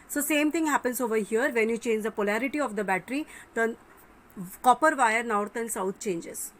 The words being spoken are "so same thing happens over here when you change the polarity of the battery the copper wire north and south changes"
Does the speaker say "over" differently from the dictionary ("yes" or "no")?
no